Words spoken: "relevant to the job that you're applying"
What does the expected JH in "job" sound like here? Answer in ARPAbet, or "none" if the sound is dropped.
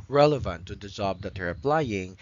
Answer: Z